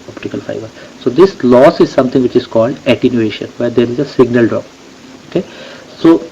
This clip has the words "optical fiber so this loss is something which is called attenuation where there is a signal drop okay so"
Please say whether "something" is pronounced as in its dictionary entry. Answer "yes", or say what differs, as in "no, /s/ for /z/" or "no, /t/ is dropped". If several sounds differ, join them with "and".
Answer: no, /t/ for /θ/